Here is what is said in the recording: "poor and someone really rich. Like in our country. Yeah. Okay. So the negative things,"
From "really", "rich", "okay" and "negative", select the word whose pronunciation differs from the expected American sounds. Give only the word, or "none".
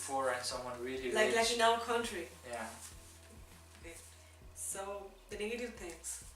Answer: rich